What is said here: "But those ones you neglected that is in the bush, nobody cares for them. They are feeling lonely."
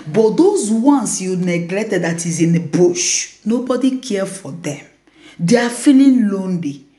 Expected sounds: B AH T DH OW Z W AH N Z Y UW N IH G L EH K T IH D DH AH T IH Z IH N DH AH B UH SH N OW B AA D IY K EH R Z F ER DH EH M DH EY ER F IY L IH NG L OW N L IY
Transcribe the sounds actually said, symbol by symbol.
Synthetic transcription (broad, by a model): B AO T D OW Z W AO N S Y UW N IH G L EH K T IH D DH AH T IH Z IH N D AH B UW SH N OW B AA D IY K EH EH F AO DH EH M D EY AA F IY L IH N L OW N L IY